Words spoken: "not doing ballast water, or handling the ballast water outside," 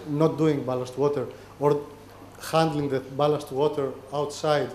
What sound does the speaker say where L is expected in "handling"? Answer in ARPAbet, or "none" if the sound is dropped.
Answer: L